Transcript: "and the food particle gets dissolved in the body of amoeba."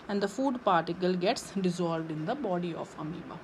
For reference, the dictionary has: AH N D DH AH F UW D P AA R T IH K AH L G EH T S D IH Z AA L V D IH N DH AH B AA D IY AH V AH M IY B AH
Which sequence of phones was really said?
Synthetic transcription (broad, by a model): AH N D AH F UW D P AA R T IH K AH L G EH T S D IH Z AA L V D IH N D AH B AA D IY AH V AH M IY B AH